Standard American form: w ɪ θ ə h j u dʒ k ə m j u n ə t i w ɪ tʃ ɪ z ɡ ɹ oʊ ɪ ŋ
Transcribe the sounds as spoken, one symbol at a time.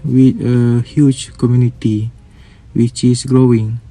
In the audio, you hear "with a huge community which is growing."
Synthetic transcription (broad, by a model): w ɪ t ə h j u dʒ k ə m j u n ə t i w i tʃ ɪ s ɡ ɹ oʊ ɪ ŋ